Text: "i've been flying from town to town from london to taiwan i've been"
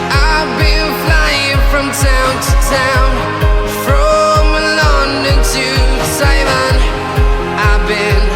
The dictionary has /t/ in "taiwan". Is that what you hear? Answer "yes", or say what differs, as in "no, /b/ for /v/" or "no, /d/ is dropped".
no, /s/ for /t/